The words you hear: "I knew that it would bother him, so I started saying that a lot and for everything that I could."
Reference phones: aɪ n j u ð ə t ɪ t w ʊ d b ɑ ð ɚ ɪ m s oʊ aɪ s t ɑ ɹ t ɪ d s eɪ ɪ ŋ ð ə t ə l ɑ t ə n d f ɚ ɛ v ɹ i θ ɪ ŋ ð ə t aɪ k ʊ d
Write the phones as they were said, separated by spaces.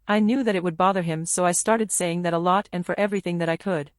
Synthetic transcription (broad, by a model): aɪ n j u ð ə t ɪ t w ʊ d b ɑ ð ɚ ɪ m s oʊ aɪ s t ɑ ɹ t ɪ d s eɪ ɪ ŋ ð ə t ə l ɑ t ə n f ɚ ɛ v ɹ i θ ɪ ŋ ð ə t aɪ k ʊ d